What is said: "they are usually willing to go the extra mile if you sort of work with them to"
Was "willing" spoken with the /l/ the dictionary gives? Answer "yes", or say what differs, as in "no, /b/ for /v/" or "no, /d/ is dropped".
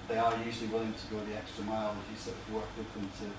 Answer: yes